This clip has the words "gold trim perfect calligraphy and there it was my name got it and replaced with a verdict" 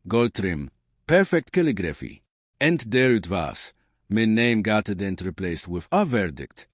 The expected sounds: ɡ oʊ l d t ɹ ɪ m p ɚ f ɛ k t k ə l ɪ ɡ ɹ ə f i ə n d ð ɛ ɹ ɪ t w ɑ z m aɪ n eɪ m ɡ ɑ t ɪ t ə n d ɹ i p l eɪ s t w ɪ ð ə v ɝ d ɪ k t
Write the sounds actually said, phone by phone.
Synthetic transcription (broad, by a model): ɡ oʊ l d t ɹ ɪ m p ɚ f ɛ k t k ə l ɪ ɡ ɹ ə f i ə n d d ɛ ɹ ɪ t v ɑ s m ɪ n eɪ m ɡ ɑ t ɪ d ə n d ɹ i p l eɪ s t w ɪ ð ə v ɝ d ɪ k t